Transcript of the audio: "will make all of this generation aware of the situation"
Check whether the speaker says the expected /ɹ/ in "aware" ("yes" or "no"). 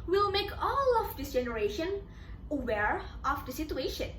yes